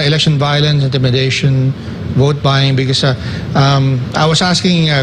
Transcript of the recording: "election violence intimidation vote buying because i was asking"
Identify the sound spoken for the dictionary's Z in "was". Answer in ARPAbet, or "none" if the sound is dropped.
S